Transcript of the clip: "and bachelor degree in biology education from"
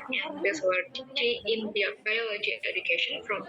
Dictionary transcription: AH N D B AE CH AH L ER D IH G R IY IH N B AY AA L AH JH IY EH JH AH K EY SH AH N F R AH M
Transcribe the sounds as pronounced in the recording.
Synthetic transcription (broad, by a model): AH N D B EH S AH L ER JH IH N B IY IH B AY AA L AH JH IY EH JH AH K EY SH AH N F R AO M